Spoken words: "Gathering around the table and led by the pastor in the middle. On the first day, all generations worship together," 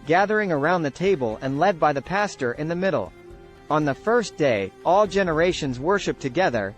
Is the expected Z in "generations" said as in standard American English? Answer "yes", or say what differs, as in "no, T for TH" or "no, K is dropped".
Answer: yes